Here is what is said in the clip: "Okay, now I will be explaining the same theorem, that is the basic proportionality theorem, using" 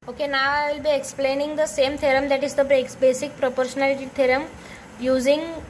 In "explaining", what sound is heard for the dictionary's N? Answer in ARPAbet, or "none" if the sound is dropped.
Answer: N